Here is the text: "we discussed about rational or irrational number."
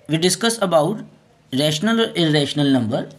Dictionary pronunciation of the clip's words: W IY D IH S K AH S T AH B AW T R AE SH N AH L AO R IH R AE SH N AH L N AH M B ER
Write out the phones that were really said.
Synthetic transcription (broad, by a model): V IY D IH S K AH S AH B AW T R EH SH N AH L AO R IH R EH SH N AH L N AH M B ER